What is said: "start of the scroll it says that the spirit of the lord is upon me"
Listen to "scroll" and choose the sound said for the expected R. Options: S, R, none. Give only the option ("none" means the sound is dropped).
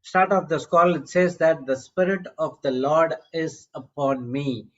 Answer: none